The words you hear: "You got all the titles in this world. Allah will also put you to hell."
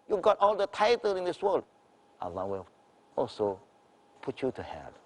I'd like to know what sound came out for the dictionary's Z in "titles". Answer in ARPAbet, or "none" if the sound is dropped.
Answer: none